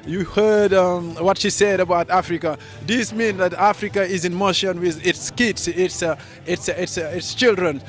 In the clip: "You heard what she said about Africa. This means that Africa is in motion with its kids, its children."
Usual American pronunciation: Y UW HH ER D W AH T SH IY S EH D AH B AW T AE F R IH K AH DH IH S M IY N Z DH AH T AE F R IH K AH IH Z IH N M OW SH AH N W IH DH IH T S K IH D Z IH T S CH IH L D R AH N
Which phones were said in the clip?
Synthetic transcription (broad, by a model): Y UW HH ER D W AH T SH IY S EH D AH B AW T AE F R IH K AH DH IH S M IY N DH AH T AE F R IH K AH IH Z IH N M OW SH AH N W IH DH IH T S K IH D S IH T S CH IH L D R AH N